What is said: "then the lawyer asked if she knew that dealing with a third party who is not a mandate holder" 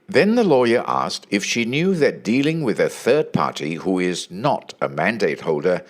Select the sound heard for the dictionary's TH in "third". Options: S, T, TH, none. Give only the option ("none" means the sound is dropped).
TH